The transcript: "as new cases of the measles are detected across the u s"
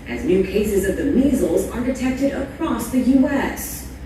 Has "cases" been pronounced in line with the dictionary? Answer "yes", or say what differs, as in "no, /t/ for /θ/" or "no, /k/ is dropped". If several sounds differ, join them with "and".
yes